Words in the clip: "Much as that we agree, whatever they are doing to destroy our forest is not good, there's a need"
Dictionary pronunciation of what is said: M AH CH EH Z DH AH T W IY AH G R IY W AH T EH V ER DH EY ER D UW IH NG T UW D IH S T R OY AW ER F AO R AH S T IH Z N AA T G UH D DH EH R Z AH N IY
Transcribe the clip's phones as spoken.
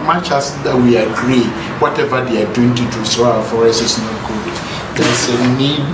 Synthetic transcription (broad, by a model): M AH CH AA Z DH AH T W IY AH G R IY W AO T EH V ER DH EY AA D UW IH NG T UW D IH S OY AW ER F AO R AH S IH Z N AA T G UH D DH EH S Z AH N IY